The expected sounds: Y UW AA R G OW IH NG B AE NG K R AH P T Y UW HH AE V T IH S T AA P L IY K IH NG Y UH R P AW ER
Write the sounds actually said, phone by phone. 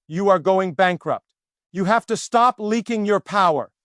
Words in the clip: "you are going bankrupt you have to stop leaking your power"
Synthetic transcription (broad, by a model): Y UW AA R G OW IH NG B AE NG K R AH P T Y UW HH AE F T IH S T AA P L IY K IH NG Y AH R P AW ER